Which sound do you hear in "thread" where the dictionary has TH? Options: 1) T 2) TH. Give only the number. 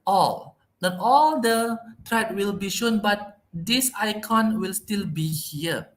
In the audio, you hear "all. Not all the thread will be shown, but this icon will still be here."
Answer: 1